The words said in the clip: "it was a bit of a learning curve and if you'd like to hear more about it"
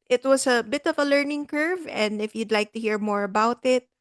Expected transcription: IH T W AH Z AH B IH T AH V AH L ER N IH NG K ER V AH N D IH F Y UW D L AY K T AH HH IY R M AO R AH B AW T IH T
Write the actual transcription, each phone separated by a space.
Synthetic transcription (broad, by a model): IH T W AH S AH B IH T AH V AH L ER N IH NG K ER V AH N D IH F Y UW D L AY K T AH HH IY R M AO R AH B AW T IH T